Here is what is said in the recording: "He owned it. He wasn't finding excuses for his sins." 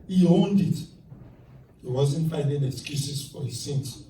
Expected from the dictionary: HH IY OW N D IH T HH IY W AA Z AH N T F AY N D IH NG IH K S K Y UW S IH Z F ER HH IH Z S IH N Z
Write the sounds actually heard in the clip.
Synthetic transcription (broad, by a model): HH IY OW N D IH T HH IY W AA Z AH N T F AY N D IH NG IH K S K Y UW S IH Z F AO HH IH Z S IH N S